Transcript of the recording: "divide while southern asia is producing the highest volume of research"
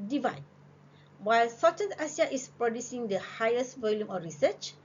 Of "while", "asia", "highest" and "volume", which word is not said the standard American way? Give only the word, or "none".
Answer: asia